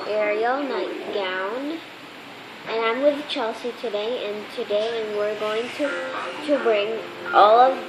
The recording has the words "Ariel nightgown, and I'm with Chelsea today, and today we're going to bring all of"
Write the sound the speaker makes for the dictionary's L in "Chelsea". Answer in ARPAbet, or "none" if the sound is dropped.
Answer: L